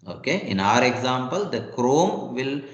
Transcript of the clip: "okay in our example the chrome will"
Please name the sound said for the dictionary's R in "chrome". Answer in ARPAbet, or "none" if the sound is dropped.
R